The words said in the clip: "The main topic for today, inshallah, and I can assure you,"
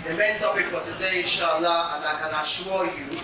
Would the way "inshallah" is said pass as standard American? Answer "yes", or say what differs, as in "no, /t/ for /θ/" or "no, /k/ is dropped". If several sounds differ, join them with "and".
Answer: no, /n/ is dropped